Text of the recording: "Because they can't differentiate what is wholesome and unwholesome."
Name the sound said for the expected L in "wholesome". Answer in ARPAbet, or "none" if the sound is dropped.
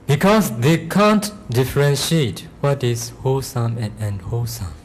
none